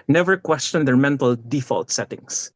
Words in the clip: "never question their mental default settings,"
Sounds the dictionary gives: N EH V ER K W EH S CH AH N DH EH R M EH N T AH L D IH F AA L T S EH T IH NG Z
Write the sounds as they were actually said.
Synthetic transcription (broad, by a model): N EH V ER K W EH S CH AH N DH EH R M EH N T AH L D IH F AA L T S EH T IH NG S